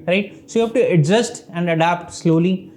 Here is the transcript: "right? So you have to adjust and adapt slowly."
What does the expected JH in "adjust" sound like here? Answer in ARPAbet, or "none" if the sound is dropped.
Z